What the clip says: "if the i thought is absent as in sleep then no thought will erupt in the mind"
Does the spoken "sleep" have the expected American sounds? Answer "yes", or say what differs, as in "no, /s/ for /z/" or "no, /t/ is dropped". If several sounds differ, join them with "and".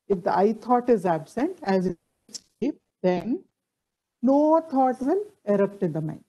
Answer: no, /l/ is dropped